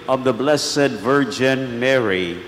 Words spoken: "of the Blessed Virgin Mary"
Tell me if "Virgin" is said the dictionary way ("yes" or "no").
yes